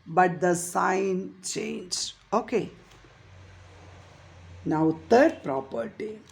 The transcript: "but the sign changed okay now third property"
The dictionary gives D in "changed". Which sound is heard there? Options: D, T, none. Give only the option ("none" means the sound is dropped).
none